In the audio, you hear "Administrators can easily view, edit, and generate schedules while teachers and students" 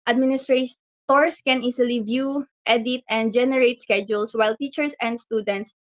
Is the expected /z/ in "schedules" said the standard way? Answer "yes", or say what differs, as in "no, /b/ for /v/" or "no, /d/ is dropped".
no, /s/ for /z/